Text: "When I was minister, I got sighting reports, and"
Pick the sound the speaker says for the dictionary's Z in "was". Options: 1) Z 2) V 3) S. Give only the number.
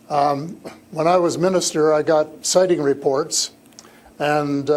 1